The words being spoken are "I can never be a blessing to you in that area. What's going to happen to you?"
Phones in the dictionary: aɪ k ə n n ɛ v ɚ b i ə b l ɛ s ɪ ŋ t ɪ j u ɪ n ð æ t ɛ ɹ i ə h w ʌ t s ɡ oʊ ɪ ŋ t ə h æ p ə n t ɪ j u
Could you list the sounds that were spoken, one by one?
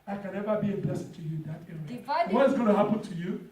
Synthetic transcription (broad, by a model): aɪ k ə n n ɛ v ɚ b i ə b ɛ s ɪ t ɪ j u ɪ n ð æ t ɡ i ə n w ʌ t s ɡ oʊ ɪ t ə h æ p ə n t ɪ j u